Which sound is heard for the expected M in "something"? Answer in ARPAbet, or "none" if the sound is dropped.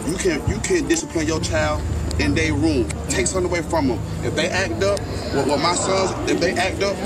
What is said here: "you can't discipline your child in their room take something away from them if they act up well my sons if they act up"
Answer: none